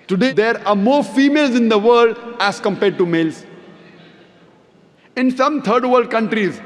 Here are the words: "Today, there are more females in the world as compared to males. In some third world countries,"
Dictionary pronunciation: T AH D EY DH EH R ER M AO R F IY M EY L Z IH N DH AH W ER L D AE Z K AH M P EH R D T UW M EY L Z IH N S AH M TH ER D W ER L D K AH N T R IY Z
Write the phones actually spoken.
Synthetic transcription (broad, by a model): T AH D EY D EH R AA M AO R F IY M EY L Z IH N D AH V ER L D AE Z K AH M P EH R D T UW M EY L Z IH N S AH M T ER D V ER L D K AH N T R IY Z